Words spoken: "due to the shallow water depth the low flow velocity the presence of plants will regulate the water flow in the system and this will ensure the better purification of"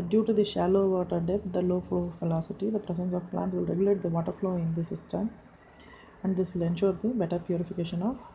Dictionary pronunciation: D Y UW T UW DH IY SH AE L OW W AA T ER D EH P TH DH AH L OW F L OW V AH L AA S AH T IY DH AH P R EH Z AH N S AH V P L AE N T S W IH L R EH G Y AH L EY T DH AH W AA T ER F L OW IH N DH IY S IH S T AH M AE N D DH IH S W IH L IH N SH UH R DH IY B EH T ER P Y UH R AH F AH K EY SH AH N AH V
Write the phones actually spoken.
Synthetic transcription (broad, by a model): D Y UW T UW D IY SH AE L OW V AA T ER D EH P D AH L OW F L OW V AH L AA S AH T IY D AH P R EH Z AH N S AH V P L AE N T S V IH L R EH G Y AH L EY T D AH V AA T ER F L OW IH N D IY S IH S T AH M AE N D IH S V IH L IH N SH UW R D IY B EH T ER P Y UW R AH F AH K EY SH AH N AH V